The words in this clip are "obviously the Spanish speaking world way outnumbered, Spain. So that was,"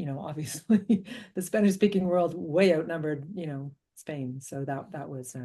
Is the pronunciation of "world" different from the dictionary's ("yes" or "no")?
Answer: no